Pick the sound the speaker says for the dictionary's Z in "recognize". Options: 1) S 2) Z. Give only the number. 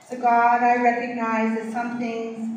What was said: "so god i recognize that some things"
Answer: 2